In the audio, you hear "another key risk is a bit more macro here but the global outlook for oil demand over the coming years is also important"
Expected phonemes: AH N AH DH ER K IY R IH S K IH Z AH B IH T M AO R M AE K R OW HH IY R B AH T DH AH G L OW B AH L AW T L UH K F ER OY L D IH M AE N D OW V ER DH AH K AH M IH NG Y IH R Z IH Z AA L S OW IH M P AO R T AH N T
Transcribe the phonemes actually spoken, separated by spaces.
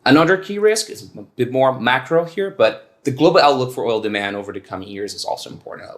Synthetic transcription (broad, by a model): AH N AH DH ER K IY R IH S K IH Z AH B IH T M AO R M AE K R OW HH IY R B AH T DH AH G L OW B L AW T L UH K F ER OY L D IH M AE N D OW V ER DH AH K AH M IH NG Y IH R Z IH Z AA L S OW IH M P AO R T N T